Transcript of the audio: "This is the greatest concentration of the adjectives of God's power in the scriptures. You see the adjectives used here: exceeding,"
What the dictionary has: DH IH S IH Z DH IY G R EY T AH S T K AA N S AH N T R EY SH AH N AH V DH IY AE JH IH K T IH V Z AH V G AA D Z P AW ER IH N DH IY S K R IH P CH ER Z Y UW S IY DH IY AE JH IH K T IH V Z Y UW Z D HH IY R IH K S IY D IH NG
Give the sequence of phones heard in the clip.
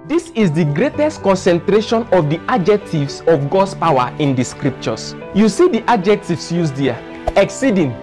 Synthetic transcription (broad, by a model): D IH S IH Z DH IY G R EY T AH S T K AA N S AH N T R EY SH AH N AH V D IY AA JH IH K T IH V S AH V G AA D S P AW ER IH N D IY S K R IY P CH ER S Y UW S IY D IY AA JH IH K T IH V S Y UW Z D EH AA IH K S IY D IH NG